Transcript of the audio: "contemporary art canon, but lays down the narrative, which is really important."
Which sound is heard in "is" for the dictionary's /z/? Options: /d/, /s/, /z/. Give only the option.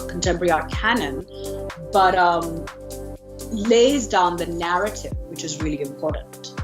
/z/